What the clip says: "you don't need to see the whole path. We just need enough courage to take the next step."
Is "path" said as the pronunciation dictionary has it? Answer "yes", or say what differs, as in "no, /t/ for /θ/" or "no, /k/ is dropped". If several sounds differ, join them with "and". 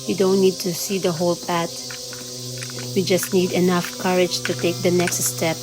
no, /t/ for /θ/